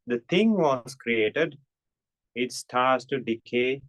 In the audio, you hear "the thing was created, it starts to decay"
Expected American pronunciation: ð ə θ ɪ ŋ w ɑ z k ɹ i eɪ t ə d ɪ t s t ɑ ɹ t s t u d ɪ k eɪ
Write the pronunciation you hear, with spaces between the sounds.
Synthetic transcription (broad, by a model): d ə t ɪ ŋ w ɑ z k ɹ i eɪ t ə d ɪ t s t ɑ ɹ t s t u d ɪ k eɪ